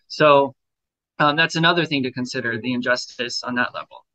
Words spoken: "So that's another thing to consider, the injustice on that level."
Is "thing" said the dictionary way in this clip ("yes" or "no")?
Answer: yes